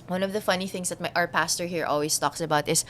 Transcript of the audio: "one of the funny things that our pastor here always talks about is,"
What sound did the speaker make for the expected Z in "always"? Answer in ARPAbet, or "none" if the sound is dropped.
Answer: S